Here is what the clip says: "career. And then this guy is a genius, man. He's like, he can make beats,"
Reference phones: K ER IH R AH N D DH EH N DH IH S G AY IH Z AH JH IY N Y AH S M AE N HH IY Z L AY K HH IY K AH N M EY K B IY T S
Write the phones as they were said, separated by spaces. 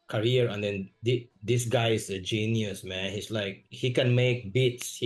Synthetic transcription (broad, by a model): K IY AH R AH N D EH N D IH S G AY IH S AH JH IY N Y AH S M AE N HH IY S L AY K HH IY K AH N M EY K B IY T S